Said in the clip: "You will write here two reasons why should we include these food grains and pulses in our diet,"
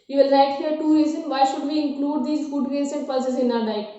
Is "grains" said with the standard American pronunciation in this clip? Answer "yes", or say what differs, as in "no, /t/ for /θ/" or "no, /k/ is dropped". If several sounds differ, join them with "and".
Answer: no, /ɹ/ is dropped